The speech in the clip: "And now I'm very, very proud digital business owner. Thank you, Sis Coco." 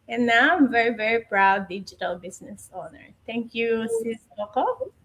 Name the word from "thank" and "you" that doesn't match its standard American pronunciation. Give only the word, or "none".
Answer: thank